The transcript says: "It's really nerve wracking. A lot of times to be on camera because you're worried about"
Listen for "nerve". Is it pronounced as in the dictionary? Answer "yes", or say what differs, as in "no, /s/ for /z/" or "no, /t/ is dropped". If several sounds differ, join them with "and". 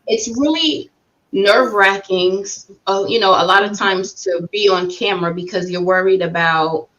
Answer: yes